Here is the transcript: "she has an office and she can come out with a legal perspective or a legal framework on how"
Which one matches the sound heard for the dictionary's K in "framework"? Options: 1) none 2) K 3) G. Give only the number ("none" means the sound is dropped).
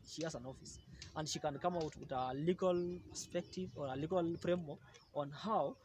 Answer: 1